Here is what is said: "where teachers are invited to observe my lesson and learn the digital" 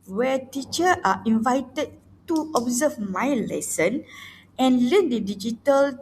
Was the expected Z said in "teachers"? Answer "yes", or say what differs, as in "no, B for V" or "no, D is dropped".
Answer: no, Z is dropped